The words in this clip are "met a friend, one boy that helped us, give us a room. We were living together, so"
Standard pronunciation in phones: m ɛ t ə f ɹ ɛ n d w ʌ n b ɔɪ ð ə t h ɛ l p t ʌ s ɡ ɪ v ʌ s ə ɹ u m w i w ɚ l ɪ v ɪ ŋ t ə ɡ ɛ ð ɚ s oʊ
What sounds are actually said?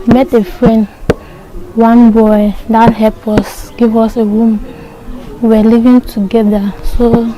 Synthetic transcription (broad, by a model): m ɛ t ə f ɹ ɛ n d w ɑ n b ɔɪ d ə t h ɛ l p ɔ s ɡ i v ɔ s ə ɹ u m w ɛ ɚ l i v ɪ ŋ t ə ɡ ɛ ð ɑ s oʊ